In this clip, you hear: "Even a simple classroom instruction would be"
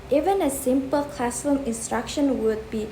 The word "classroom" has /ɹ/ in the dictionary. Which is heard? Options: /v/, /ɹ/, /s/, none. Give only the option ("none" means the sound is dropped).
none